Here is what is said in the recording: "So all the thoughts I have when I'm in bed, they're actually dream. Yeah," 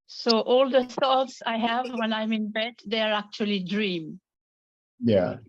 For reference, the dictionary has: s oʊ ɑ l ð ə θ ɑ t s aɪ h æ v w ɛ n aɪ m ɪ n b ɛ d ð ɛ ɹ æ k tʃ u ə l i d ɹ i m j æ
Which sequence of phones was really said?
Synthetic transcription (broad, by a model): s oʊ ɑ l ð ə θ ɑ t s aɪ h æ v w ɛ n aɪ m ɪ n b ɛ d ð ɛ ɹ æ k tʃ u ə l i d ɹ i m j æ